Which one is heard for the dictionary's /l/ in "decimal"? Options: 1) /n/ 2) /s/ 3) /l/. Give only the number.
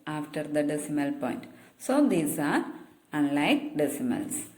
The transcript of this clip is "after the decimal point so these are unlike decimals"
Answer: 3